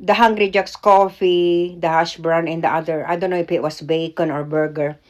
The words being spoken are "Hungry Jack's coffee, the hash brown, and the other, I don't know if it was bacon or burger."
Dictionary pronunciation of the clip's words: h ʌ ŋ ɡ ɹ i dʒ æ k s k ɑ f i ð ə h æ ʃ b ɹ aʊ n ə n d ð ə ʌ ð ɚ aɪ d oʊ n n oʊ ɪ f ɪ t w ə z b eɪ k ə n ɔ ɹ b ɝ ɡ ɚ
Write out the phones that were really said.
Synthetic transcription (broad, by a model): h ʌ ŋ ɡ ɹ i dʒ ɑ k s k ɑ f i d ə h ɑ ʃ b ɹ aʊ n ə n d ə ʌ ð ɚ aɪ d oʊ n n oʊ ɪ f ɪ t w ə s b eɪ k ə n ɔ ɹ b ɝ ɡ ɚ